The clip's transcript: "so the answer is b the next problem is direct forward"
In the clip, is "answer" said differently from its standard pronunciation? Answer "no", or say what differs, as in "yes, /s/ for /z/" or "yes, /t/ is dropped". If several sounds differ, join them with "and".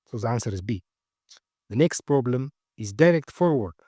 no